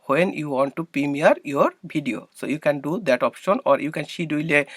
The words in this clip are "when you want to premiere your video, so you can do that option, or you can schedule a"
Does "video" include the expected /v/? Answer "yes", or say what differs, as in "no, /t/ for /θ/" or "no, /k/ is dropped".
no, /b/ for /v/